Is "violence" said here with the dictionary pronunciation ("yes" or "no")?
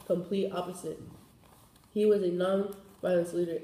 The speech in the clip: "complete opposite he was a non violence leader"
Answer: no